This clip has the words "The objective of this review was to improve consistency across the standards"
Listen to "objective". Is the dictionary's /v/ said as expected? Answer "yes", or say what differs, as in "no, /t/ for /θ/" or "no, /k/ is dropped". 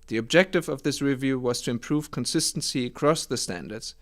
yes